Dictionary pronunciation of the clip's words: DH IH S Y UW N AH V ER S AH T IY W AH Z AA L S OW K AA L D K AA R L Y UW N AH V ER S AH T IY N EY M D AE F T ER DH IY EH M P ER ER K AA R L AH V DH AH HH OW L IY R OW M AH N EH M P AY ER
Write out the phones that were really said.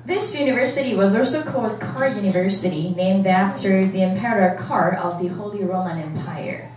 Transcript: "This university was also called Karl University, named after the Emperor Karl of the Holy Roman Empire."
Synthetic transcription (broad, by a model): DH IH S Y UW N AH V ER S AH T IY W AH Z AA L S OW K AA L D K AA R Y UW N AH V ER S AH T IY N EY M D AE F T ER DH IY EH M P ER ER K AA R AH V DH AH HH OW L IY R OW M AH N EH M P AY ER